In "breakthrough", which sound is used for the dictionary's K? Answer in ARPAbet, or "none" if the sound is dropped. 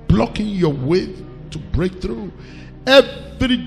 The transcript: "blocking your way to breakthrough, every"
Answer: K